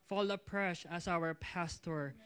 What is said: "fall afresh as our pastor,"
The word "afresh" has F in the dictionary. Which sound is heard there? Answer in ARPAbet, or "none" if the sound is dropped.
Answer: P